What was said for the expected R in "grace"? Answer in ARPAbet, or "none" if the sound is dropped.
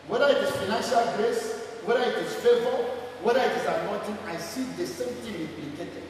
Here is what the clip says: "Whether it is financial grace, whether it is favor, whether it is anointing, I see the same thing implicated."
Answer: R